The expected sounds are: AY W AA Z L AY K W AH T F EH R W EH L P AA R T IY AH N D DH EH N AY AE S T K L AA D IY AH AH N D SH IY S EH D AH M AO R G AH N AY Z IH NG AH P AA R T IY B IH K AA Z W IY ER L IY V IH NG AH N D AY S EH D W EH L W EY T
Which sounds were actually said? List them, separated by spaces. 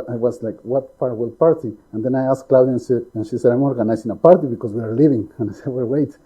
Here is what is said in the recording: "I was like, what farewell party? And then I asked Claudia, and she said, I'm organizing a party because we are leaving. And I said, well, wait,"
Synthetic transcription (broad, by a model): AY W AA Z L AY K W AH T P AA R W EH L P AA R T IY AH N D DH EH N AY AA S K L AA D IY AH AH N SH IY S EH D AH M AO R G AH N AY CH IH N AH P AA R T IY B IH K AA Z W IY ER L IY V IH NG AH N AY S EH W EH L W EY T